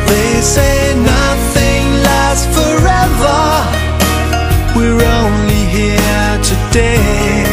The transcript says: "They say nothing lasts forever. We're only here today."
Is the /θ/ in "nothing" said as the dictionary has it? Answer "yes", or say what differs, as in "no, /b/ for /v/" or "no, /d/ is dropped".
yes